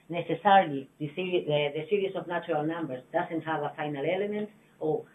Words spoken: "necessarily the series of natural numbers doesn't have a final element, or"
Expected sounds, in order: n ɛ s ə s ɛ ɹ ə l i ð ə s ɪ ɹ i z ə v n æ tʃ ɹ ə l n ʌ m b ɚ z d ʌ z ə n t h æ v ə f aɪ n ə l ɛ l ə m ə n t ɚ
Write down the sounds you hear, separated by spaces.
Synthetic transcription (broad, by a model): n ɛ s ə s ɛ ɹ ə l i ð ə s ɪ ɹ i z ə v n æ tʃ ɹ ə l n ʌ m b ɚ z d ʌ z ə n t h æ v ə f aɪ n ə l ɛ l ə m ə n t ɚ